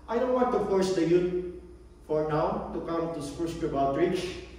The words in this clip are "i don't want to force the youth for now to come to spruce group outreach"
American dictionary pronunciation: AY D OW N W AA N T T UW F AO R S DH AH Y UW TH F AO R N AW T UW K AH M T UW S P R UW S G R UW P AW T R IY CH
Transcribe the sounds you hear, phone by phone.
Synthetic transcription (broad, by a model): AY D OW N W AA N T T UW F AO R S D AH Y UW T F AO R N AW T UW K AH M T UW S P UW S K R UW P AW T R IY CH